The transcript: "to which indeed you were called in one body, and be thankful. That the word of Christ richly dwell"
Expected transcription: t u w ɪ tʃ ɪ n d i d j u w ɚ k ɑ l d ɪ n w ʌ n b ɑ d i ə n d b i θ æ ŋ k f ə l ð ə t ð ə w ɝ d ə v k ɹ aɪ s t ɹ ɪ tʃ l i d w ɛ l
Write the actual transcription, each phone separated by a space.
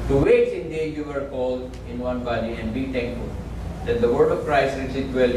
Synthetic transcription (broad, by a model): t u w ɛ s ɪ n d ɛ j u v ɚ k ɑ l d ɪ n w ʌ n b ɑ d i ə n d b i t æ ŋ k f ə l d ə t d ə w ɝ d ə v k ɹ aɪ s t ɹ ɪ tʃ i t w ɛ l